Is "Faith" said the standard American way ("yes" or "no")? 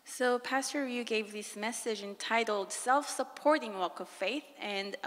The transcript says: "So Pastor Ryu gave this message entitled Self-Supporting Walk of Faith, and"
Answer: yes